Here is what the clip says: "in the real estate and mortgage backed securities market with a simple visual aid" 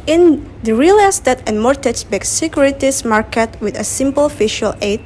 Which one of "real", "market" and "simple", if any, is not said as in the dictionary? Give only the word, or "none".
none